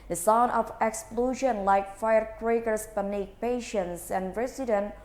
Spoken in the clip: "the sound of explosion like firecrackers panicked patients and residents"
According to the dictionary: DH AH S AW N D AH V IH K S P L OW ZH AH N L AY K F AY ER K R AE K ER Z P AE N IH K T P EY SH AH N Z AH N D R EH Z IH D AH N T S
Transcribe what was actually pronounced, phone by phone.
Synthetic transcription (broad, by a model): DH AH S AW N AH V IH K S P L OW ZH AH N L AY K F AY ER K R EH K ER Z P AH N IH K P EY SH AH N S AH N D R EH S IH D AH N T